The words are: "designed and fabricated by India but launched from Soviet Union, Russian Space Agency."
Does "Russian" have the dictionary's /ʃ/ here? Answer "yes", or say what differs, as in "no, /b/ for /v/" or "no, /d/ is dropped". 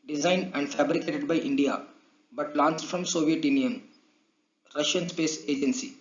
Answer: yes